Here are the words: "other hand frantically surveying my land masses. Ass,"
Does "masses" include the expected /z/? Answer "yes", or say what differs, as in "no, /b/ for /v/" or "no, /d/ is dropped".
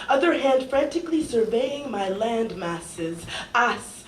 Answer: yes